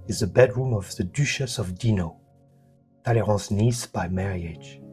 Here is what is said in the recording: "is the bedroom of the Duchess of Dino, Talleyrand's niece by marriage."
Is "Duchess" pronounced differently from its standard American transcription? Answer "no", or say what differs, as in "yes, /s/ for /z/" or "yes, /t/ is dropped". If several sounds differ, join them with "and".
yes, /ʃ/ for /tʃ/